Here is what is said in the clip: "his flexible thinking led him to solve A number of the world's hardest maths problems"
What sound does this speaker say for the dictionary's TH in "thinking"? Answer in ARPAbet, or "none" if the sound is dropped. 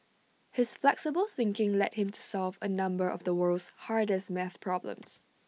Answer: TH